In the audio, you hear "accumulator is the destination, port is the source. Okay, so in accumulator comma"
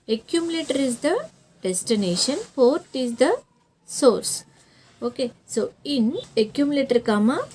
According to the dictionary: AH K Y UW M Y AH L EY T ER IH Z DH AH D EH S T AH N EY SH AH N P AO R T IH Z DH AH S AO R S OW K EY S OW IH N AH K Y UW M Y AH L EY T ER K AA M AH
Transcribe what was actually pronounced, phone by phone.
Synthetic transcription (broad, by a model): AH K Y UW M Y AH L EY T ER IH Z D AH D EH S T AH N EY SH AH N F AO R T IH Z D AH S AO R S OW K EY S OW IH N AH K Y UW M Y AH L EY T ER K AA M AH